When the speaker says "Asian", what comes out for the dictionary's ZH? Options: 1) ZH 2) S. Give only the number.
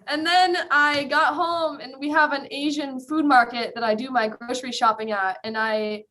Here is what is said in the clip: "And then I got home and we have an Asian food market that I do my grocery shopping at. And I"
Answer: 1